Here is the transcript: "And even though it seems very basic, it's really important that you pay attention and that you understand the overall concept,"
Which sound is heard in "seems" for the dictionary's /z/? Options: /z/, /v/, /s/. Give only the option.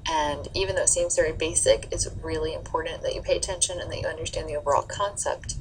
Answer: /z/